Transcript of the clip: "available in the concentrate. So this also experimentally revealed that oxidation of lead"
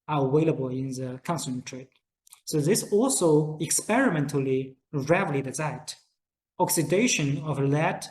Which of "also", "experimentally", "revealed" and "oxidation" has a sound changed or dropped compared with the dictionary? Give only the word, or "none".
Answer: revealed